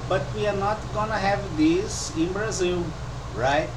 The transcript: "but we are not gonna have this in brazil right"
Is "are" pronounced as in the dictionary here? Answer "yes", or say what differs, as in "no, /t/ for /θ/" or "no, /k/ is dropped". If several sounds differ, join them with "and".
yes